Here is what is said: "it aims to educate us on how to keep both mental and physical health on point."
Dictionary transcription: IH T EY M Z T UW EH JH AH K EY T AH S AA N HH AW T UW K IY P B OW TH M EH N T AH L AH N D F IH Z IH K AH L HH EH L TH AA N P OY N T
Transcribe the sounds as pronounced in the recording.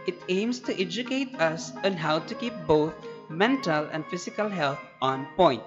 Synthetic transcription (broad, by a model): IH T EY M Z T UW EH JH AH K EY T AH S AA N HH AW T UW K IY P B OW T M EH N T AH L AH N D F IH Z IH K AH L HH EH L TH AA N P OY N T